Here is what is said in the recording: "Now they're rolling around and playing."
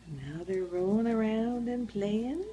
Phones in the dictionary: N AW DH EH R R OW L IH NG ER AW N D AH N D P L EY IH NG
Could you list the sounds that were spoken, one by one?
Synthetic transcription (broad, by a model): N AW DH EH R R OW IH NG ER AW N D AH N P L EY IH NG